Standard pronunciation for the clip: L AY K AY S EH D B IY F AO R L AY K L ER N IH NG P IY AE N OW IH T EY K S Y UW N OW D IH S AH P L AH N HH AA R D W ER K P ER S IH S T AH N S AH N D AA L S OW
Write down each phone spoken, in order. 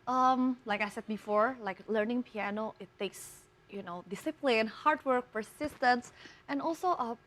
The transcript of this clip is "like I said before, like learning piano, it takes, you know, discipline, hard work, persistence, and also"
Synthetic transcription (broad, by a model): L AY K AY S EH D B IY F AO R L AY K L ER N IH NG P IY AE N OW IH T EY K S Y UW N OW D IH S AH P L AH N HH AA R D W ER K P ER S IH S T AH N S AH N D AA L S OW